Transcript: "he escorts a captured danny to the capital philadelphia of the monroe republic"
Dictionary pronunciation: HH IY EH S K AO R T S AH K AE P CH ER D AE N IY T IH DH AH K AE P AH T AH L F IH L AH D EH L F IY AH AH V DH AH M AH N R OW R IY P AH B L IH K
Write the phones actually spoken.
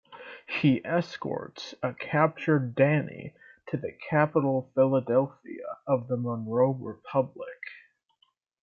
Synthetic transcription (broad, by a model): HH IY EH S K AO R T S AH K AE P CH ER D AE N IY T IH DH AH K AE P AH T L F IH L AH D EH L F IY AH AH V DH AH M AH N R OW R IY P AH B L IH K